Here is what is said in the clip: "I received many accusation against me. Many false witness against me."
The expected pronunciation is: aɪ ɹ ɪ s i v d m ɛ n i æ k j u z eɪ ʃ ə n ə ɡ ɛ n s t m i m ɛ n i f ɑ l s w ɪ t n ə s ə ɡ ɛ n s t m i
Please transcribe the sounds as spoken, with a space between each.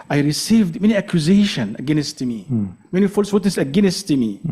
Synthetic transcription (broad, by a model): aɪ ɹ ɪ s i v d m ɛ n i æ k j u z eɪ ʃ ə n ə ɡ ɛ n s t m i m ɛ n i f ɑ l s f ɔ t ə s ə ɡ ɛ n s t m i